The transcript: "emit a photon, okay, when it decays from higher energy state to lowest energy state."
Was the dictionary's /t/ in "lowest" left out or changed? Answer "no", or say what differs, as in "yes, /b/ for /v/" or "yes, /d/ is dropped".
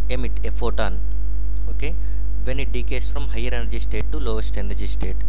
no